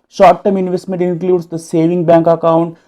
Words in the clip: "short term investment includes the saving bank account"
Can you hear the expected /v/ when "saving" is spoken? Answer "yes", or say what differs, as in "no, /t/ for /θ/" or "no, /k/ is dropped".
yes